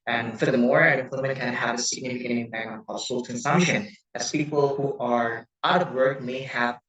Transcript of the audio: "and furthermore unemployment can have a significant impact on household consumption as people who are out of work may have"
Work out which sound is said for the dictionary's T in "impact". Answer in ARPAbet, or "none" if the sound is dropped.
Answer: none